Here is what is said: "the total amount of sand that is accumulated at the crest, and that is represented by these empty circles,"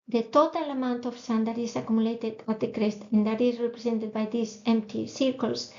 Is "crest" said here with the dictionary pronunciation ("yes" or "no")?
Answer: yes